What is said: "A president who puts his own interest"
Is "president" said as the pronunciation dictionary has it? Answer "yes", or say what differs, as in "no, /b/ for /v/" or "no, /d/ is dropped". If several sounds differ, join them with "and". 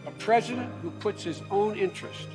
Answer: yes